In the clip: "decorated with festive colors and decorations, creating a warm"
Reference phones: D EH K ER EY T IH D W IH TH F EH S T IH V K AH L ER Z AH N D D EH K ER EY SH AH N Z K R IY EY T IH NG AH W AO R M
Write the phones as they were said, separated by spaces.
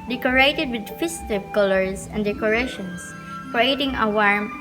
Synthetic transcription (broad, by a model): D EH K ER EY T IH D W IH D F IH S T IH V K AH L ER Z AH N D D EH K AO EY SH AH N S K R IY EY T IH NG AH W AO R M